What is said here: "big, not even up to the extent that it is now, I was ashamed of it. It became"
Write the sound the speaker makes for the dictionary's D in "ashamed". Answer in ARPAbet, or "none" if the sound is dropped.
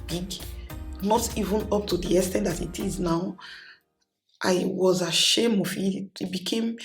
none